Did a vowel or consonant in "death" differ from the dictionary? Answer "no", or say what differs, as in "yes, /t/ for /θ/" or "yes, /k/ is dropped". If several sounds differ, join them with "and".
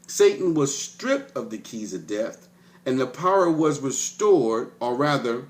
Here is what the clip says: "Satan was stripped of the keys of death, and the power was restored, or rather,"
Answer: no